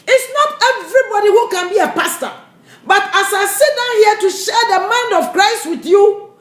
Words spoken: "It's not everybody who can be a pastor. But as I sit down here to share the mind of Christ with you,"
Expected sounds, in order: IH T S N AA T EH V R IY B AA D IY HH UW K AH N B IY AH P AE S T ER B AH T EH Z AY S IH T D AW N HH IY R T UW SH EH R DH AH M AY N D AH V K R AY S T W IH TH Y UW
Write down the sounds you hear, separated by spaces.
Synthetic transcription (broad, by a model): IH T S N AA T EH V R IY B AA D IY HH UW K AH N B IY AH P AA S T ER B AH T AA S AY S IH T D AW N HH IY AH T UW SH EH R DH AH M AY N D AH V K R AY S T W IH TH Y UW